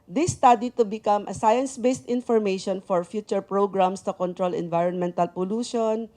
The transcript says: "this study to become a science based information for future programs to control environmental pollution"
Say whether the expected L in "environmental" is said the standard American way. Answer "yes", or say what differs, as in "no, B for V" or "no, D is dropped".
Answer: yes